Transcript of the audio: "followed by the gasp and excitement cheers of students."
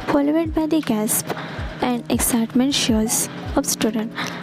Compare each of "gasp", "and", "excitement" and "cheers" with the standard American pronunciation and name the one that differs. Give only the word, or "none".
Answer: cheers